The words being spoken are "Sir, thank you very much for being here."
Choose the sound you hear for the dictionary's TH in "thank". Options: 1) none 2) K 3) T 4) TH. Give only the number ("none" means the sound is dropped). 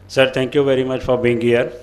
3